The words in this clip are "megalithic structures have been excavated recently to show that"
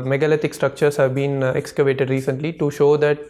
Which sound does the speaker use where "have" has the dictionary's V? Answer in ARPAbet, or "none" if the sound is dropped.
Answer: V